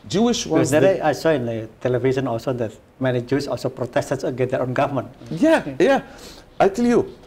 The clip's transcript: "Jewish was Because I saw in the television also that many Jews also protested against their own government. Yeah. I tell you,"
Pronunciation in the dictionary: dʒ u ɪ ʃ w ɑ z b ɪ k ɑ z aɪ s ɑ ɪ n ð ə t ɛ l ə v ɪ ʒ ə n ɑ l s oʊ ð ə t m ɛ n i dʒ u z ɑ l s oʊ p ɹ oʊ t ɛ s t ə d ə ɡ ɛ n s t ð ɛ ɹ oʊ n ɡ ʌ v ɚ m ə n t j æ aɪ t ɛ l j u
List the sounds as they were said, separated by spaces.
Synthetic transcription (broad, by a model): dʒ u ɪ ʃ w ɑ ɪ ɑ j s ɑ ɪ n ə t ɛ l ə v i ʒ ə n ɑ l s oʊ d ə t m ɛ n i dʒ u s ɑ l s oʊ p ɹ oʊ t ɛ s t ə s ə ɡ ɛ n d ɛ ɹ oʊ n ɡ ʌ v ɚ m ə n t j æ aɪ t ɛ l j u